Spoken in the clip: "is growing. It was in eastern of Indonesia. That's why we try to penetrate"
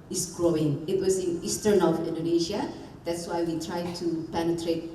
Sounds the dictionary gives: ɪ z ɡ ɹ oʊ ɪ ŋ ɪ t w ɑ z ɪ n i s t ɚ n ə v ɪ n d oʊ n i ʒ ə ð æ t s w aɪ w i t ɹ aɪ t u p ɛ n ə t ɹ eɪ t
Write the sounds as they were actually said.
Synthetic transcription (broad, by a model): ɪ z ɡ ɹ oʊ ɪ ŋ ɪ t w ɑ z ɪ n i s t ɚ n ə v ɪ n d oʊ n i ʃ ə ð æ t s w aɪ w i t ɹ aɪ t u p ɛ n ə t ɹ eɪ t